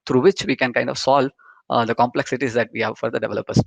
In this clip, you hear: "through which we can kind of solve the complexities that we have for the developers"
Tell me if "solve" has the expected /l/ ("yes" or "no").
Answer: yes